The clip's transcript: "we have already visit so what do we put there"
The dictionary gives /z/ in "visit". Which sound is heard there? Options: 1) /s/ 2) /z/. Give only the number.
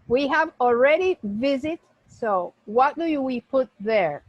2